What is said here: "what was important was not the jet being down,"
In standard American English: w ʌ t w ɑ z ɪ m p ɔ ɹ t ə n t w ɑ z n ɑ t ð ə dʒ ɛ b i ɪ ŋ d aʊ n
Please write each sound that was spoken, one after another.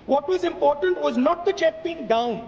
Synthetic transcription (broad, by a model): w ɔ t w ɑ z ɪ m p ɔ ɹ t ə n t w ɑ z n ɑ t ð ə tʃ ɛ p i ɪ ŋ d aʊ n